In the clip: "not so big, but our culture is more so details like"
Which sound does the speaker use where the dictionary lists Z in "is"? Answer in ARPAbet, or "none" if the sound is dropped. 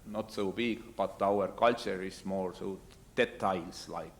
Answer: S